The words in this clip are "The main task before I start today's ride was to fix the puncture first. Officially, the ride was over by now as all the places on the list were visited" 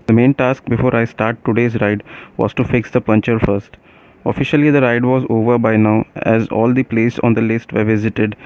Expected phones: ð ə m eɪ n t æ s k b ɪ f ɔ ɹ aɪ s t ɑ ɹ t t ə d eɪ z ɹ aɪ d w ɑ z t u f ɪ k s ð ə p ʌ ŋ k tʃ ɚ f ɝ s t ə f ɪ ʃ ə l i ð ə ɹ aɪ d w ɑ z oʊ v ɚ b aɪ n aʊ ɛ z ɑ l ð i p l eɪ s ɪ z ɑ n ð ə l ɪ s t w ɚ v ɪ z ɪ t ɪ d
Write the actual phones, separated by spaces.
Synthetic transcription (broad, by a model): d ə m eɪ n t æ s k b ɪ f ɔ ɹ aɪ s t ɑ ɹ t t ə d eɪ z ɹ aɪ d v ɑ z t u f ɪ k s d ə p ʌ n tʃ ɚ f ɝ s t ə f ɪ ʃ ə l i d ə ɹ aɪ d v ɑ z oʊ v ɚ b aɪ n aʊ ɛ z ɑ l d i p l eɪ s ɑ n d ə l ɪ s t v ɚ v ɪ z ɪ t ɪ d